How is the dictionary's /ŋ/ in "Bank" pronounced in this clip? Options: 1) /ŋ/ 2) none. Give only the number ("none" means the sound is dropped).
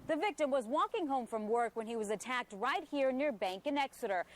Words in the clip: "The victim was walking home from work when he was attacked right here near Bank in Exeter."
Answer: 1